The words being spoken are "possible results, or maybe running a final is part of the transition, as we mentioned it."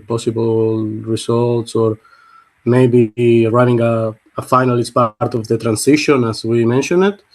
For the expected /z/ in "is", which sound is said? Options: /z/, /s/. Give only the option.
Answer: /s/